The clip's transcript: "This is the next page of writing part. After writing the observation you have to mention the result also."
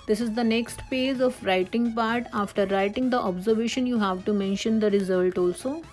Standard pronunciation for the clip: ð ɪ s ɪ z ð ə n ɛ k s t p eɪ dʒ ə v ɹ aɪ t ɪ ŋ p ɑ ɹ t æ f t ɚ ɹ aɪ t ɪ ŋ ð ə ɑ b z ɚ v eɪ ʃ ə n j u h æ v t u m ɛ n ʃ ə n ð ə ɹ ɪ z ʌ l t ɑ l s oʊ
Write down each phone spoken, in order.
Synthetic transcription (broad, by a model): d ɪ s ɪ z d ə n ɛ k s t p eɪ dʒ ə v ɹ aɪ t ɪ ŋ p ɑ ɹ t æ f t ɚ ɹ aɪ t ɪ ŋ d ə ɑ b z ɚ v eɪ ʃ ə n j u h æ v t u m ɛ n ʃ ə n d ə ɹ ɪ z ʌ l t ɑ l s oʊ